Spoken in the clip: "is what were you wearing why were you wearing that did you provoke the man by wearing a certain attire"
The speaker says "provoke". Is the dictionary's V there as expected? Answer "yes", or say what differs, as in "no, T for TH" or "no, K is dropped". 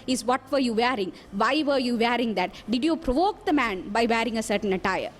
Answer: yes